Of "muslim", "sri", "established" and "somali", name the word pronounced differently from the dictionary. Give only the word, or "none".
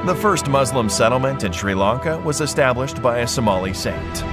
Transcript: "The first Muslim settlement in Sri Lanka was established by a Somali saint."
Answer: none